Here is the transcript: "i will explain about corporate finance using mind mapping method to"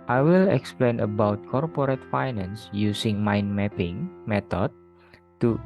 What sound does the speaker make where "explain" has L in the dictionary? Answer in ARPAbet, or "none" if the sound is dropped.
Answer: L